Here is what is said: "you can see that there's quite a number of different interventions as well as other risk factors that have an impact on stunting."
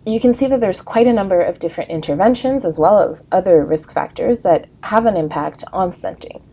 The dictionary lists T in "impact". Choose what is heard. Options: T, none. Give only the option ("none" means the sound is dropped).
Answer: T